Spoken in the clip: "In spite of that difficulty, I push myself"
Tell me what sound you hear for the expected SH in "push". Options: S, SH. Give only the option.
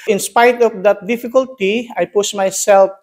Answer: S